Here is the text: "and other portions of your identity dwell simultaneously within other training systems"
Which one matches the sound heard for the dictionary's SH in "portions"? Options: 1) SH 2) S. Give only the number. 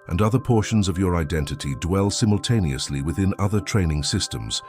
1